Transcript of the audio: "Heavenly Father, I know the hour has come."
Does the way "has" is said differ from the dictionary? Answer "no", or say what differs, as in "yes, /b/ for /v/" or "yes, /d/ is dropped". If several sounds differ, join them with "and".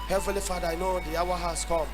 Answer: yes, /s/ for /z/